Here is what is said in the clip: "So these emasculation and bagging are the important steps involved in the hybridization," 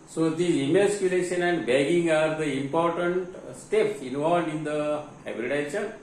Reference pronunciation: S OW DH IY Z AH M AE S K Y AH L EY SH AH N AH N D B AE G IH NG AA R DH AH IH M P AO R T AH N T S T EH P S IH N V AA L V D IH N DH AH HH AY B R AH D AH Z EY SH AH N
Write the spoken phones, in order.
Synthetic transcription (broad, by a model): S OW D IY AH M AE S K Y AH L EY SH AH N AH N D B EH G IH NG AA R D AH IH M P AO R T AH N T S T EH P S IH N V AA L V D IH N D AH HH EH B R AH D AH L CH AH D